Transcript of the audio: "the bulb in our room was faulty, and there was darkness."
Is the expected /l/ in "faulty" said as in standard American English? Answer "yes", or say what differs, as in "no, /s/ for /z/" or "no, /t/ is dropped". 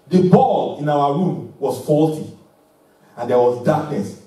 yes